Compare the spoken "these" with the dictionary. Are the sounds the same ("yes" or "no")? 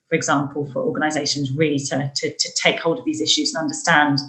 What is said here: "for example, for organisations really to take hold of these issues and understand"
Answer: yes